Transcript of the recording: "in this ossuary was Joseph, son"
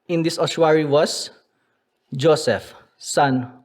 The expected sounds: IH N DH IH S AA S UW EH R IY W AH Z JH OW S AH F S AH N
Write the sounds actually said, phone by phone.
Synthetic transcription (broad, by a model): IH N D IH S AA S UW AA R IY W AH S JH OW S AH F S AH N